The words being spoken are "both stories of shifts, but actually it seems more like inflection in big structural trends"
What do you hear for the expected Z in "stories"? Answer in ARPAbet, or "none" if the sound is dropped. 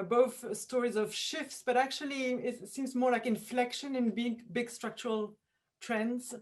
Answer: Z